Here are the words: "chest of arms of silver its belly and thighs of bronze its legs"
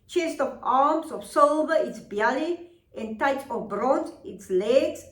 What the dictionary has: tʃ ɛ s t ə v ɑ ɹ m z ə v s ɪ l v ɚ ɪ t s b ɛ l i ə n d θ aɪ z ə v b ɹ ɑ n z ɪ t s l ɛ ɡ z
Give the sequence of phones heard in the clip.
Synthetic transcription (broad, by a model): tʃ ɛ s t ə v ɑ m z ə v s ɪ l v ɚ ɪ t s b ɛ l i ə n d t aɪ s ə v b ɹ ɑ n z ɪ t s l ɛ ɡ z